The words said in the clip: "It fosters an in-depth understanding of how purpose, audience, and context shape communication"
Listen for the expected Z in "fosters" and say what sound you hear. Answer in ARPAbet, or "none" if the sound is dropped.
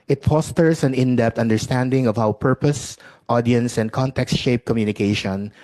S